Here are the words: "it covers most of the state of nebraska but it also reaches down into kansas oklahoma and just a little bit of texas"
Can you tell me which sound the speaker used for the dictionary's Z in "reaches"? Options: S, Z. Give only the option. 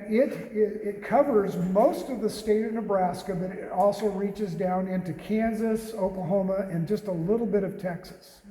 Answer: Z